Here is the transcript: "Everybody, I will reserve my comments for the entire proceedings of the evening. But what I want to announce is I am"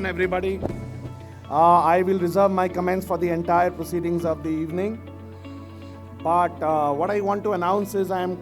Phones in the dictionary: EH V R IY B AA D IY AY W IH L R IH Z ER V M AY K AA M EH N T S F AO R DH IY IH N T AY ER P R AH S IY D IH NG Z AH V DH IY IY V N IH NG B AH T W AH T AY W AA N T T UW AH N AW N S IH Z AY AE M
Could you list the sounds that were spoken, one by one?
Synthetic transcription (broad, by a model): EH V R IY B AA D IY AY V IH L R IH Z ER V M AY K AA M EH N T S F AO R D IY IH N T AY ER P R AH S IY D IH NG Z AH V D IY IY V N IH NG B AH T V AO T AY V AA N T T UW AH N AW N S IH Z AY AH M